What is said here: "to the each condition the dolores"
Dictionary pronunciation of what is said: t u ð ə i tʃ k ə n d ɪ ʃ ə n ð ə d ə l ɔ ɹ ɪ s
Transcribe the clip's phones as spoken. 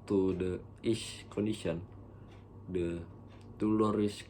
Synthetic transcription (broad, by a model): t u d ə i s k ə n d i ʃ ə n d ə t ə l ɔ ɹ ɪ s